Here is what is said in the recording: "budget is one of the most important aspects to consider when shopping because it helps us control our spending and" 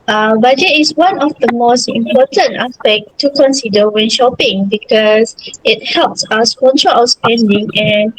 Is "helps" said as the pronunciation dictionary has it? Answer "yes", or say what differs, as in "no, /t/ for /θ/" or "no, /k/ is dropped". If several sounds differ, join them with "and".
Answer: yes